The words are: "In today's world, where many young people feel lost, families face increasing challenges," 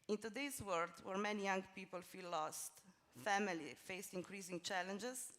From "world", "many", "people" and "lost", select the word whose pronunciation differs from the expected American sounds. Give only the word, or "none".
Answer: world